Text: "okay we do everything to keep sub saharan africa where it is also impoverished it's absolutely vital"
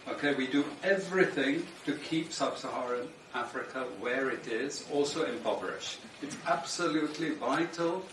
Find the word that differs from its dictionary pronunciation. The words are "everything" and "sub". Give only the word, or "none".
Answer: none